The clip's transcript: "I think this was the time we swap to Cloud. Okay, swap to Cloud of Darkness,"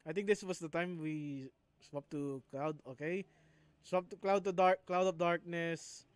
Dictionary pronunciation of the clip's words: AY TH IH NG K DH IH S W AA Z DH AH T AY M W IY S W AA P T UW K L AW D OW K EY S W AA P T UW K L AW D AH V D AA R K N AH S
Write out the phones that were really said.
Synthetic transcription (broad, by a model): AY T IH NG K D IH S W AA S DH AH T AY M W IY S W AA P T UW K L AW D OW K EY S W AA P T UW K L AW D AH P D AA R K N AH S